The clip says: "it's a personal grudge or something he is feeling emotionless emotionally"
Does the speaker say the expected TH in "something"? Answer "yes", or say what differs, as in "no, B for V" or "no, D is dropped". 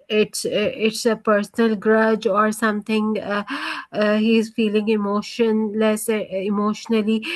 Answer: no, T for TH